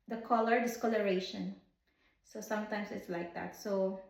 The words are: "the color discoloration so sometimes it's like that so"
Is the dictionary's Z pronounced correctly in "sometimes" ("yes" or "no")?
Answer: no